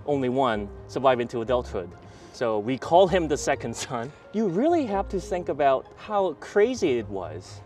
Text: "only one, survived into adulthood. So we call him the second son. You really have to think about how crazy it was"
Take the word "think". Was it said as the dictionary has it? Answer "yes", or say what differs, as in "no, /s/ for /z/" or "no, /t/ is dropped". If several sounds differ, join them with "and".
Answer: yes